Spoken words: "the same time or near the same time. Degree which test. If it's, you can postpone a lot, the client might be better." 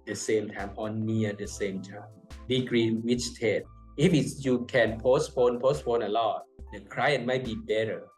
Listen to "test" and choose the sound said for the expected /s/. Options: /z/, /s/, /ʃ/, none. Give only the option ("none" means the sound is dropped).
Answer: none